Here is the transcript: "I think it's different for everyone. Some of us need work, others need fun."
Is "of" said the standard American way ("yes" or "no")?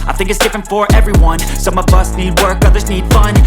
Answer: yes